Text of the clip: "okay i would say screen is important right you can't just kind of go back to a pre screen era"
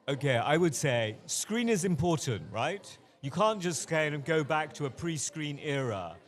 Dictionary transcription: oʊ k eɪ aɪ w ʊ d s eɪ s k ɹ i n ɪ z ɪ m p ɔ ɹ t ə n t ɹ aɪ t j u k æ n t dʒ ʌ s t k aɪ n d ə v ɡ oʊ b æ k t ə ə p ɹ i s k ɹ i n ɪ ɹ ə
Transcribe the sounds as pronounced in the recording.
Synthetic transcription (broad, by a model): oʊ k eɪ aɪ w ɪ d s eɪ s k ɹ i n ɪ z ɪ m p ɔ ɹ t n t ɹ aɪ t j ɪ k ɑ n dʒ ʌ s t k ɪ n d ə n ɡ oʊ b æ k t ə ə p ɹ i s k ɹ i n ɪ ɹ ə